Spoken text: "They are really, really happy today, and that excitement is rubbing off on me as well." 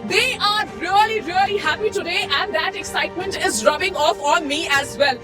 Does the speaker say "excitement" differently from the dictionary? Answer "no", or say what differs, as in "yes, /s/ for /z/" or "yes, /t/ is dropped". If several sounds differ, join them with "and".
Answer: no